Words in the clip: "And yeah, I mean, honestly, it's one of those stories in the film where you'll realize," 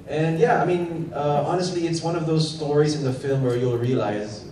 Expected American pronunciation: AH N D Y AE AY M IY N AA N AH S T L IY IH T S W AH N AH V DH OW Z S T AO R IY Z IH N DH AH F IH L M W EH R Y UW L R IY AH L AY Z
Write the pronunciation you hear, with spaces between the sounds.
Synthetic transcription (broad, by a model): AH N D Y AE AY M IY N AA N AH S T L IY IH T S W AH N AH V DH OW Z S T AO R IY Z IH N DH AH F IH L M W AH R Y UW L R IY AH L AY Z